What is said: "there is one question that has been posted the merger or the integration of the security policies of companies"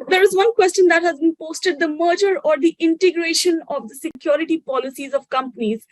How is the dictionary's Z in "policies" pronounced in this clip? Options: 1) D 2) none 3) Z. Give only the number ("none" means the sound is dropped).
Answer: 3